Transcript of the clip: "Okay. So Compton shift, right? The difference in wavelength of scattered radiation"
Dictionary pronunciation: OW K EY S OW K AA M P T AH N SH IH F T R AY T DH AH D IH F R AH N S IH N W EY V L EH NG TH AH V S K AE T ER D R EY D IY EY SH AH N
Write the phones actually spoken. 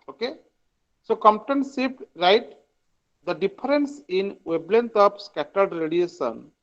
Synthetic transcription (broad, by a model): OW K EY S OW K AA M P T AH N S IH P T R AY T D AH D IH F R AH N S IH N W EY B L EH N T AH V S K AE T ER D R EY D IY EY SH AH N